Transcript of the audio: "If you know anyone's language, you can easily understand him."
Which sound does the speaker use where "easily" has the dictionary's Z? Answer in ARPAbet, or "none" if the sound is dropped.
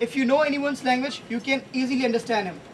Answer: Z